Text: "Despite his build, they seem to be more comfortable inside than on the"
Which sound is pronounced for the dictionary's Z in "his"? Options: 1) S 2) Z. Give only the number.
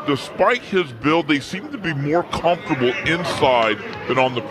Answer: 2